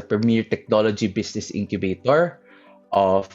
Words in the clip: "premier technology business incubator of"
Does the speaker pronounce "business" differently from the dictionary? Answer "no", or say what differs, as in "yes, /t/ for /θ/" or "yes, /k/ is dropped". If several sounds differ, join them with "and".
yes, /s/ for /z/